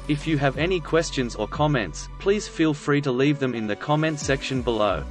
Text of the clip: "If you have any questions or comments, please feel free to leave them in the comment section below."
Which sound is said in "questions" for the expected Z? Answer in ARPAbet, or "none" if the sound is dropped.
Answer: Z